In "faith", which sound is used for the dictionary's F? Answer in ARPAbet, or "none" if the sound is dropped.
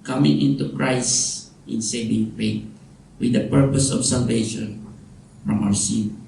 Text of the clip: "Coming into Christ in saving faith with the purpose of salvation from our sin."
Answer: P